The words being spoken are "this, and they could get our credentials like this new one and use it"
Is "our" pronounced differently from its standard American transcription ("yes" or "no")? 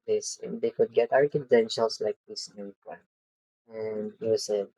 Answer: no